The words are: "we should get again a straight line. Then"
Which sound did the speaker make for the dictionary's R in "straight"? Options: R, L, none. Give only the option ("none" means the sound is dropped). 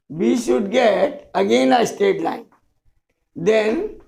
none